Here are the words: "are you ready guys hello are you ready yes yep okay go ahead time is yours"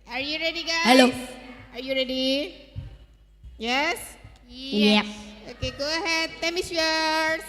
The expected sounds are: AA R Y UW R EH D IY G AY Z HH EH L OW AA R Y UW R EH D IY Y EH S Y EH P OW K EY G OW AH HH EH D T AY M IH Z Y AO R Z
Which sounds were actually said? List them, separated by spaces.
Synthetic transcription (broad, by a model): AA R Y UW R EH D IY G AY HH EH L OW AA R Y UW R EH D IY Y EH S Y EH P OW K EY G OW AH HH EH D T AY M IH S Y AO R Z